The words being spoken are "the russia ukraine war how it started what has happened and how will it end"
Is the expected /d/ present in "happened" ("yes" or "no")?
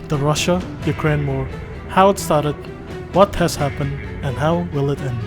yes